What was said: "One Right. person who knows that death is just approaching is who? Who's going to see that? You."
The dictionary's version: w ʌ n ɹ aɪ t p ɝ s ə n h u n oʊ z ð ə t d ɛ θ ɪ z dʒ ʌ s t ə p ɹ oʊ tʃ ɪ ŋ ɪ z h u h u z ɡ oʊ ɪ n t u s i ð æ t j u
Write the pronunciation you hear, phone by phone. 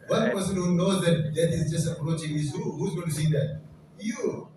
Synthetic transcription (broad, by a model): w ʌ n p ɝ s ə n h u n oʊ z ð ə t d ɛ t ɪ z dʒ ʌ s t ə p ɹ oʊ tʃ ɪ ŋ ɪ z h u h u z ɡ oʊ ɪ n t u s i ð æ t j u